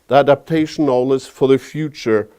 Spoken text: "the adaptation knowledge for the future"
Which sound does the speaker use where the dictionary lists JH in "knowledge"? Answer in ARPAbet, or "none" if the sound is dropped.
Z